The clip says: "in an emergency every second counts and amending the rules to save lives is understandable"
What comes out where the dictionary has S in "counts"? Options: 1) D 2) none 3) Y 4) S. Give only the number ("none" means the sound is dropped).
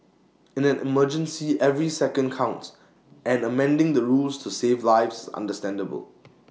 2